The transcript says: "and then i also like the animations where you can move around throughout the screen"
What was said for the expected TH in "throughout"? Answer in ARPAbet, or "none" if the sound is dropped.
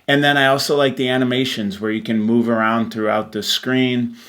TH